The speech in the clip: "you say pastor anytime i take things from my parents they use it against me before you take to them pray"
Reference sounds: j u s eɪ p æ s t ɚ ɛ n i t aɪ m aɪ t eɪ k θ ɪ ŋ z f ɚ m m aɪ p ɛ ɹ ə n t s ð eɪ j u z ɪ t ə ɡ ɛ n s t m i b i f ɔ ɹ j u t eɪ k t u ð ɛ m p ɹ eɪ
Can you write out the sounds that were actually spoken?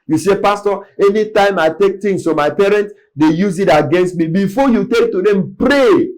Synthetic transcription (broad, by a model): j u s eɪ p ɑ s t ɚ ɛ n i t aɪ m aɪ t eɪ k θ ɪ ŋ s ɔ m m aɪ p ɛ ɹ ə n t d eɪ j u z ɪ t ə ɡ ɛ n s t m i b i f ɔ j u t eɪ k t u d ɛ m p ɹ eɪ